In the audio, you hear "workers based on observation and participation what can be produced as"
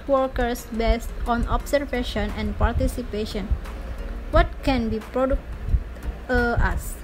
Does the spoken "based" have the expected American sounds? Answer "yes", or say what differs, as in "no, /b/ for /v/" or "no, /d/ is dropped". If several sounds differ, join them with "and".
yes